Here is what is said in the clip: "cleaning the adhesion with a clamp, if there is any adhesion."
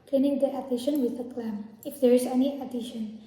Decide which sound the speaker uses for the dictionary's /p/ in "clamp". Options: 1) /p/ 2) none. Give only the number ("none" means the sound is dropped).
2